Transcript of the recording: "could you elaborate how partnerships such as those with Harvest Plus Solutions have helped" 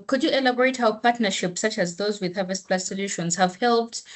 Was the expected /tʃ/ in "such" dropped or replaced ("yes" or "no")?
no